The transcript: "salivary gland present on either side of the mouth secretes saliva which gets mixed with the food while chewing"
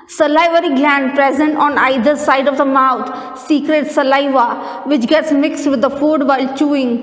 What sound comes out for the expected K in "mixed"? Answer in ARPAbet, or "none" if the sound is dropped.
K